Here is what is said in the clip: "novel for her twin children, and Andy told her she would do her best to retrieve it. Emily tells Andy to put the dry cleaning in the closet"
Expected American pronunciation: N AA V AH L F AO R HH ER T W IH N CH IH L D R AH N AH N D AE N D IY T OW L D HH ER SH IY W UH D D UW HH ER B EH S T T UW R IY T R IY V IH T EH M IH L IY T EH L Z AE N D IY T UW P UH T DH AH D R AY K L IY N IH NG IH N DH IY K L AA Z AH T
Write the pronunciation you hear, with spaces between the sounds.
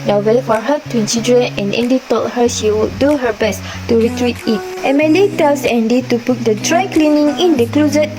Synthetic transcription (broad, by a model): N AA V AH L F AO R HH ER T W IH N S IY D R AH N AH N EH N D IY T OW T HH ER SH IY W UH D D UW HH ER B EH S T T UW R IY T R IY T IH T EH M IH L IY T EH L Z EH N D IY T UW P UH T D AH D R AY K L IY N IH NG IH N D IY K L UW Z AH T